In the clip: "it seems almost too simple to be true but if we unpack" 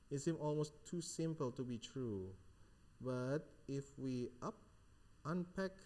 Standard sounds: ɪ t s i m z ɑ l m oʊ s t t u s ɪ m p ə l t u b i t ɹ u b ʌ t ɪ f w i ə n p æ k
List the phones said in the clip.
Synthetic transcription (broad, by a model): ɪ t s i m ɑ l m oʊ s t t u s ɪ m p ə l t u b i t ɹ u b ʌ t ɪ f w i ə n p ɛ k